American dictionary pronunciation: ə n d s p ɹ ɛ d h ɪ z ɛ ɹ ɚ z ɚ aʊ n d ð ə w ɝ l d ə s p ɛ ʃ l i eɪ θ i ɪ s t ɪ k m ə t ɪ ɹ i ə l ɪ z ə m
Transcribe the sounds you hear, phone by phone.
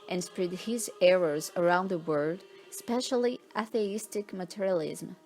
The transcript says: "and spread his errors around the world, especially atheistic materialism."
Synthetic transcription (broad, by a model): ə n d s p ɹ ɛ d h ɪ z ɛ ɹ ɚ z ɚ aʊ n d ð ə w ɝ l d s p ɛ ʃ l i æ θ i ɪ s t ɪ k m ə t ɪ ɹ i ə l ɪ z m